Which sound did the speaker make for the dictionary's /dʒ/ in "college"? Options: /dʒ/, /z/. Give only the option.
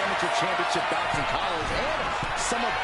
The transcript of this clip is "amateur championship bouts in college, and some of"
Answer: /z/